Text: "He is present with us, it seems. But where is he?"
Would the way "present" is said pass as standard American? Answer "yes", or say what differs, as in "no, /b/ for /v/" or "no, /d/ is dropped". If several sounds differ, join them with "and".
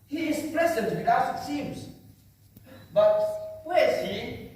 no, /l/ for /ɹ/